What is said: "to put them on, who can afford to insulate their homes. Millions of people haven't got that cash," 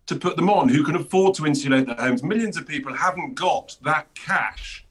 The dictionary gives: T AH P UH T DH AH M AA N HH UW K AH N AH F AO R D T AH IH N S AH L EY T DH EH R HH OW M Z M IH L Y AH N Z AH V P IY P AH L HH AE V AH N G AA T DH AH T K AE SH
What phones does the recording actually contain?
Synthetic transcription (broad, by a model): T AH P UH T DH AH M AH N HH UW K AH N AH F AO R D T AH IH N S AH L EY T DH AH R HH OW M Z M IH L Y AH N Z AH V P IY P AH L HH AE V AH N G AA T DH AH T K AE SH